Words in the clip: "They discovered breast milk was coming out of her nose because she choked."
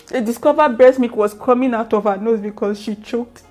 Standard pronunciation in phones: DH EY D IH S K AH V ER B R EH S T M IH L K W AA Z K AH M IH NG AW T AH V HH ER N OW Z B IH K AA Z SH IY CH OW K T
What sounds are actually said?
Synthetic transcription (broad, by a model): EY D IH S K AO V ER B EH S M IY K W AA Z K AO M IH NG AW T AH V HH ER N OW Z B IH K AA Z SH IY CH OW K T